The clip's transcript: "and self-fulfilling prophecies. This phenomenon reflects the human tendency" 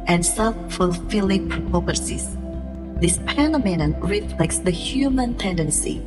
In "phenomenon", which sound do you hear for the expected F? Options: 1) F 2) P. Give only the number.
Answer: 2